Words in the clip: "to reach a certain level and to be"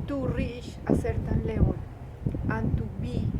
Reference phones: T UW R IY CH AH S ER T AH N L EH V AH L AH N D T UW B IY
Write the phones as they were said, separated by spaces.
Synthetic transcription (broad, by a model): T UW R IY SH AH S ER T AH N L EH W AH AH N T UW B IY